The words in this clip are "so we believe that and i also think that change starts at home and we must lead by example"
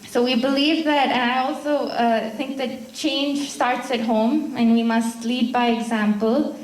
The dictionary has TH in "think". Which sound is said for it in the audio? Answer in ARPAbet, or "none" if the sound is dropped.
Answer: TH